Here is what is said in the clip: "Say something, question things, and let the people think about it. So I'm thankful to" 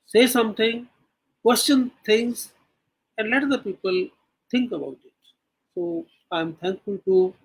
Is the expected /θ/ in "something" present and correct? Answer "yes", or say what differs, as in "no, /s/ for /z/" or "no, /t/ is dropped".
no, /t/ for /θ/